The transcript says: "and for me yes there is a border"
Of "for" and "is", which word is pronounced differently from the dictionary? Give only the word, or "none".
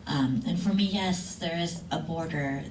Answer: none